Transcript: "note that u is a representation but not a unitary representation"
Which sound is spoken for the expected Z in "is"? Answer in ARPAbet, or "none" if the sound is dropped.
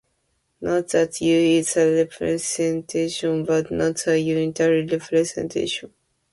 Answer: S